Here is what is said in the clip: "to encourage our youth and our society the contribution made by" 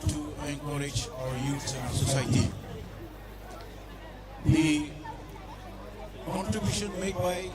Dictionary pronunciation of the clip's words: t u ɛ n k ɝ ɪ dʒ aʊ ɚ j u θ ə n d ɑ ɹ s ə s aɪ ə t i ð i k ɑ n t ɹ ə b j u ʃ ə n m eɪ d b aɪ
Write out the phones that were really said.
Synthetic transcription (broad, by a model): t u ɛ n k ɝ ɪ dʒ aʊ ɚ j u s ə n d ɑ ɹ s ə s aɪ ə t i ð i k ɑ n t ɹ ə b j u ʃ ə n m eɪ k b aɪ